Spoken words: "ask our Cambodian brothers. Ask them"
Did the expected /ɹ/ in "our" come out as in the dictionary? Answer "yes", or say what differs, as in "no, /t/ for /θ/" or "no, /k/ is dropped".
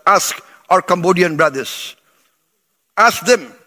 yes